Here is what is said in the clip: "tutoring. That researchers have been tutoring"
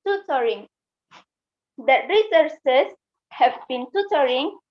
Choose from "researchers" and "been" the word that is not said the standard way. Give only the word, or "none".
researchers